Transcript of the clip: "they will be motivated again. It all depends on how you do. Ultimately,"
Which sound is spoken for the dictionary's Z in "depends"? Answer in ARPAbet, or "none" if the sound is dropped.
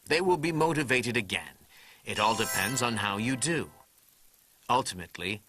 Z